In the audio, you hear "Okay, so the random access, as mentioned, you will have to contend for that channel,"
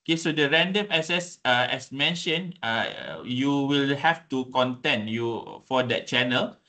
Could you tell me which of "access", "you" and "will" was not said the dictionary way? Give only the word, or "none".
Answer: access